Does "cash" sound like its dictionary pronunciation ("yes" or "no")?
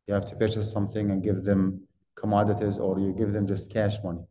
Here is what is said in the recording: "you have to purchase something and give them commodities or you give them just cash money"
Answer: yes